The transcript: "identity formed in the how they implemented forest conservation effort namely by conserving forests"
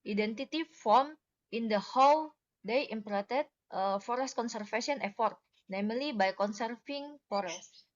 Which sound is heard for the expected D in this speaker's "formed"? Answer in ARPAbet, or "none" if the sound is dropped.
none